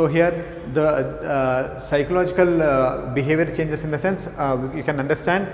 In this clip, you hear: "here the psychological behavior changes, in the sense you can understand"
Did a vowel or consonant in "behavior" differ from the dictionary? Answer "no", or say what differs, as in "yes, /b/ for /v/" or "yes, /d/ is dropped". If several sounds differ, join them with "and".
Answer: no